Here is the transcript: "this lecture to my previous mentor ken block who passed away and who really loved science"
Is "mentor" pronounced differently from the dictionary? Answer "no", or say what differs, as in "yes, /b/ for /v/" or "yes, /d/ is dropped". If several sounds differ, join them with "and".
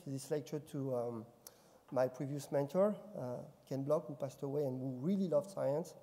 no